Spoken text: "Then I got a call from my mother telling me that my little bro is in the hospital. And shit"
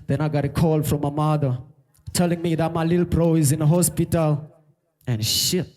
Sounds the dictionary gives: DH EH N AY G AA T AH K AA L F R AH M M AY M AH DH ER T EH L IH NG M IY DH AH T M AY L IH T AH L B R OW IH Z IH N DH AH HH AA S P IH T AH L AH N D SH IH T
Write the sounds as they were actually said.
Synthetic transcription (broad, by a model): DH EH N AY G AA T AH K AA L F R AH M M AY M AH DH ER T EH L IH NG M IY DH AH T M AY L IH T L B R OW IH Z IH N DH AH HH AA S P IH T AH L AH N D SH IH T